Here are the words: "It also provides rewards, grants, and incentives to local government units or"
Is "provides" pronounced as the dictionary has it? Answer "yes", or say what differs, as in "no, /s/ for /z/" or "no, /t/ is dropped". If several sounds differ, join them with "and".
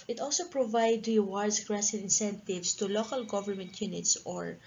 no, /z/ is dropped